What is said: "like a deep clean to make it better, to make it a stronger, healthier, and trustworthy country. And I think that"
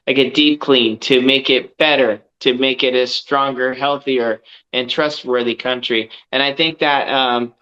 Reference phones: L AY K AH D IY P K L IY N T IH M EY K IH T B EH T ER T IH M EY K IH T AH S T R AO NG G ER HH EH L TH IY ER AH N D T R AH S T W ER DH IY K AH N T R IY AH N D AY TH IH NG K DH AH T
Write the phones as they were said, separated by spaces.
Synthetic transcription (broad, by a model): L AY K AH D IY P K L IY N T IH M EY K IH T B EH T ER T IH M EY K IH T AH S T R AO NG G ER HH EH L TH IY ER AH N T R AH S T W ER DH IY K AH N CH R IY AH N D AY TH IH NG K DH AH T